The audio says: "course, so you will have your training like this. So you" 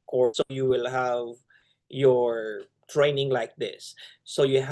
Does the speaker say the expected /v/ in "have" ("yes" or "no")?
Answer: yes